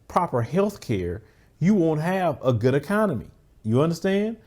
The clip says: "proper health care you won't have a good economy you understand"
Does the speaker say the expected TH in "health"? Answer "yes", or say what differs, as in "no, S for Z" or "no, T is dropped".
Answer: yes